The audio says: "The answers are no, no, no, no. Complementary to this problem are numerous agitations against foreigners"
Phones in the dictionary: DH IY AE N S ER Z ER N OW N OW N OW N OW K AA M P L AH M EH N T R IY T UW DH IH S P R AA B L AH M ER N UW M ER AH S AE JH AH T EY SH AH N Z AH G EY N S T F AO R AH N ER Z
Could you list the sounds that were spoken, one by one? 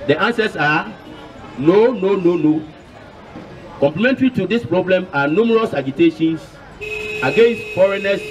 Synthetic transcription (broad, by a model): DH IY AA N S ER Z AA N OW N OW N OW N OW K AA M P L AH M EH N T R IY T UW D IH S P R AA B L AH M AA N UW M ER AH S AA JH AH T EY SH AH N S AH G EY N S T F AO R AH N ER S